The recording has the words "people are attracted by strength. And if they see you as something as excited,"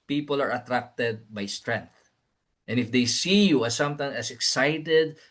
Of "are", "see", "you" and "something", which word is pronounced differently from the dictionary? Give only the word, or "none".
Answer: something